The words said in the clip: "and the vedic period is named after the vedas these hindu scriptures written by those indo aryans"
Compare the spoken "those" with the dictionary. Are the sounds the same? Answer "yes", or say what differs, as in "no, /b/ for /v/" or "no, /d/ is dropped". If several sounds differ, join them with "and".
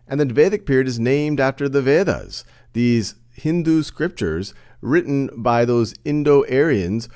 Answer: yes